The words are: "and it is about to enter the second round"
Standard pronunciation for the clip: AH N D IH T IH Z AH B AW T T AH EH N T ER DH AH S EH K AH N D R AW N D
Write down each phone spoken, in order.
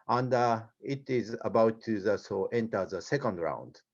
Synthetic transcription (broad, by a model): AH N D IH T IH Z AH B AW T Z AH EH N T ER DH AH S EH K AH N D R AW N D